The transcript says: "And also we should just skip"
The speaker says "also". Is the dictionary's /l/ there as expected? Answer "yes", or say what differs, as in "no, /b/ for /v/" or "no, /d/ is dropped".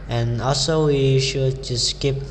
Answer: yes